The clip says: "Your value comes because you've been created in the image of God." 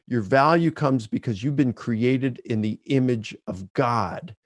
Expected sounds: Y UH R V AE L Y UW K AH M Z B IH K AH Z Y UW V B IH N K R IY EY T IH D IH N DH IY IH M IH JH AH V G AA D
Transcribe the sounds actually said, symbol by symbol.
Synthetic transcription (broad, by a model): Y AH R V AE L Y UW K AH M Z B IH K AH Z Y UW V B IH N K R IY EY T IH D IH N DH IY IH M IH JH AH V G AA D